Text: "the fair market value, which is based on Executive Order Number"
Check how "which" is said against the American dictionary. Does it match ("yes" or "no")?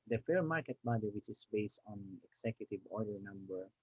no